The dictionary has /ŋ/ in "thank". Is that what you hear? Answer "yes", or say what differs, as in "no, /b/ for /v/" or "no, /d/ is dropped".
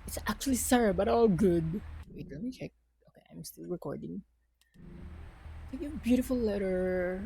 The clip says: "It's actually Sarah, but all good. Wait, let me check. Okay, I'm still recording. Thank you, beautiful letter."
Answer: no, /ŋ/ is dropped